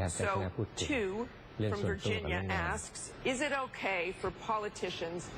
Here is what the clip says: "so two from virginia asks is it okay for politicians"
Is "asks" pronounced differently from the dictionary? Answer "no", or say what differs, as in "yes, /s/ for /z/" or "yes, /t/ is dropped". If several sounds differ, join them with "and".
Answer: no